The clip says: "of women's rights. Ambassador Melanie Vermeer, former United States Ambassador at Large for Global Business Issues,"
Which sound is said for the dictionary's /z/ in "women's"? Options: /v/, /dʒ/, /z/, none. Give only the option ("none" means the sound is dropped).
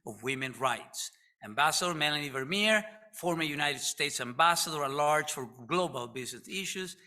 none